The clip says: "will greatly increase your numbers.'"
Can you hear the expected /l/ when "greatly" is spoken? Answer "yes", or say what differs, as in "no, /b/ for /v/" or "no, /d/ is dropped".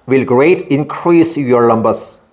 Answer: no, /l/ is dropped